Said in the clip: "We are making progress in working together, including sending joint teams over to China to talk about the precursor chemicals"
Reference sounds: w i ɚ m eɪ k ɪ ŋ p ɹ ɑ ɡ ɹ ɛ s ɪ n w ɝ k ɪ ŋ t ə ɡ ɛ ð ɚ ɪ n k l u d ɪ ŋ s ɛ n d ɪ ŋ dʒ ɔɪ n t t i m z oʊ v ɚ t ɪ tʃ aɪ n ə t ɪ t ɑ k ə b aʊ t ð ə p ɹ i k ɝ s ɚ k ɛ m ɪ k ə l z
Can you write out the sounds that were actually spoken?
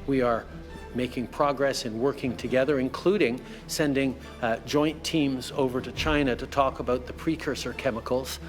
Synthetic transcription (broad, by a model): w i ɚ m eɪ k ɪ ŋ p ɹ ɑ ɡ ɹ ɛ s ɪ n w ɝ k ɪ ŋ t ə ɡ ɛ ð ɚ ɪ n k l u d ɪ ŋ s ɛ n d ɪ ŋ dʒ ɔɪ n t t i m z oʊ v ɚ t ɪ tʃ aɪ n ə t ɪ t ɑ k ə b aʊ t ð ə p ɹ i k ɝ s ɚ k ɛ m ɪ k l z